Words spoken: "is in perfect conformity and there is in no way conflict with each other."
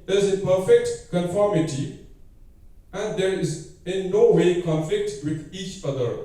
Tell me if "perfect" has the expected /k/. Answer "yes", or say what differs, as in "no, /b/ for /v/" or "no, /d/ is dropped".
yes